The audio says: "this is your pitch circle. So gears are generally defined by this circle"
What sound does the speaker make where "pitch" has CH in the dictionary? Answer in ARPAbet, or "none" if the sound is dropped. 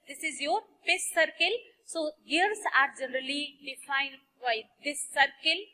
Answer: S